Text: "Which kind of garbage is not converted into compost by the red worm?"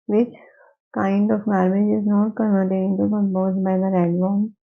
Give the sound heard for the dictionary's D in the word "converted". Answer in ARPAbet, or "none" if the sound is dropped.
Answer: none